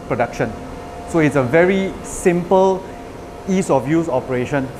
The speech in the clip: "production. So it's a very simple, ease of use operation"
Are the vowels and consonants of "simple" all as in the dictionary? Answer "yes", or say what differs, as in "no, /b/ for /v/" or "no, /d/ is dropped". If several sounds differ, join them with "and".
yes